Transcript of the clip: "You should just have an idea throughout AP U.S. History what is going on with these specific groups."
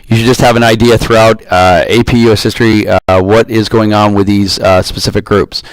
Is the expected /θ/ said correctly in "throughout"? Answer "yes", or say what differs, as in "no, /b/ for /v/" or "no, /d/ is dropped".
yes